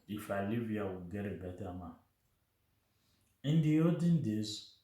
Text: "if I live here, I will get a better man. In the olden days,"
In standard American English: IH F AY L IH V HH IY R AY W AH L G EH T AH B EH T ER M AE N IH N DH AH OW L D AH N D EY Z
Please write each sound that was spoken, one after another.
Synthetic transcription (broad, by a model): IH F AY L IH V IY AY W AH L G EH T AH B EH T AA M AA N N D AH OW D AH N D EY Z